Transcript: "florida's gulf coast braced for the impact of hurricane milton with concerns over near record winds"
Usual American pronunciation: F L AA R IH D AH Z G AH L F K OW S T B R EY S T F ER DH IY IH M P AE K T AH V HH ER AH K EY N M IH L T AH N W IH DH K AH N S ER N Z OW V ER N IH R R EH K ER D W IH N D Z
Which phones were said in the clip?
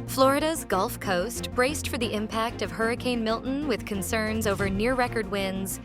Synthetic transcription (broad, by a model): F L AA R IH D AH Z G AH L F K OW S T B R EY S T F ER DH IY IH M P AE K T AH V HH ER AH K EY N M IH L T N W IH DH K AH N S ER N Z OW V ER N IH R R EH K ER D W IH N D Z